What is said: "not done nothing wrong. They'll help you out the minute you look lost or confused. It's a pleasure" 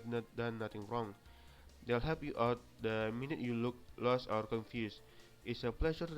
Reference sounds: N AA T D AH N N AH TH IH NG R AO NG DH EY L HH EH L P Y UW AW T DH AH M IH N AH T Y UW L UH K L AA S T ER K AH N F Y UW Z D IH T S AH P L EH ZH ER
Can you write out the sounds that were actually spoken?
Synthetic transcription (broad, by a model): N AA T D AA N N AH T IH NG R AO NG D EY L HH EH P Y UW AW T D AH M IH N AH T Y UW L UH K L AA S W ER K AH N F Y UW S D IH T S AH P L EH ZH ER